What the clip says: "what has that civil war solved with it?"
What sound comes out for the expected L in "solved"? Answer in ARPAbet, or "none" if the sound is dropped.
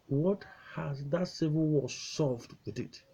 none